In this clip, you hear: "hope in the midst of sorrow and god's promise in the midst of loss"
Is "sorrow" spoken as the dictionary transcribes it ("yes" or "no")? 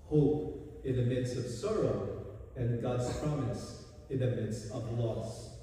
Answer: yes